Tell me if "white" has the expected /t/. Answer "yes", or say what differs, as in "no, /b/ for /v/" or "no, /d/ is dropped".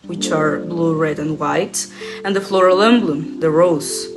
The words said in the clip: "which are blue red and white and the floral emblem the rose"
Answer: yes